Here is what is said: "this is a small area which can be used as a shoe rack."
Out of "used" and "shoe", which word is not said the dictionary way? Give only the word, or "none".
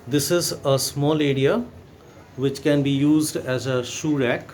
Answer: none